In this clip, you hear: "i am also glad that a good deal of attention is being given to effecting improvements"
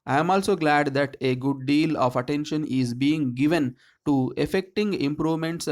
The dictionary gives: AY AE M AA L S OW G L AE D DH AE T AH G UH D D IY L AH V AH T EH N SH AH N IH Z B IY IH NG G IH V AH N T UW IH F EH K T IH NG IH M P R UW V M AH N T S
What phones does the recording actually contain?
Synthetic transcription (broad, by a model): AY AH M AA L S OW G L AE D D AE T AH G UH D D IY L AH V AH T EH N SH AH N IH Z B IY IH NG G IH V AH N T UW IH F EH K T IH NG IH M P R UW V M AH N T S